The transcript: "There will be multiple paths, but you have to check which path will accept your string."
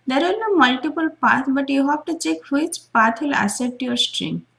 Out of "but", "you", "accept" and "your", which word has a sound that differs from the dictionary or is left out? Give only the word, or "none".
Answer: accept